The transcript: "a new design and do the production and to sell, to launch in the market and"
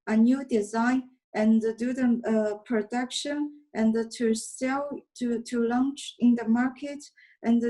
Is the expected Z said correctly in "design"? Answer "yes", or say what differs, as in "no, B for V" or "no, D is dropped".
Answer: yes